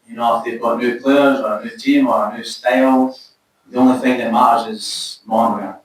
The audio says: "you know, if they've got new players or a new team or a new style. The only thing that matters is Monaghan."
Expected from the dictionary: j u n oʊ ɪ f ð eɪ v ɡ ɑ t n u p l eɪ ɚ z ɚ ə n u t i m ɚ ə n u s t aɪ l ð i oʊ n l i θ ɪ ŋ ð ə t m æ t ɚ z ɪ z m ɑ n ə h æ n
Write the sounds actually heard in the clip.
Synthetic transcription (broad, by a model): j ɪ n oʊ ɪ f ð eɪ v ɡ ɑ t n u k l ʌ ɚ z ɚ ə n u t i m ɚ ə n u s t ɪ l ð i oʊ n l i θ ɪ ŋ ð ə t m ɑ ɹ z ɪ z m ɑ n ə